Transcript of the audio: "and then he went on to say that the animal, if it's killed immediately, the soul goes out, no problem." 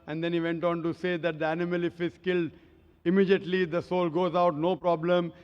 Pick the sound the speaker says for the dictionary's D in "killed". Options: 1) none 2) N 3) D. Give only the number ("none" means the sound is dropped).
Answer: 3